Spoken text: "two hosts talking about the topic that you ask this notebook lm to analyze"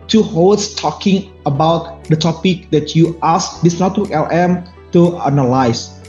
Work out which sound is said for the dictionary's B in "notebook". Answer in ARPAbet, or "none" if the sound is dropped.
none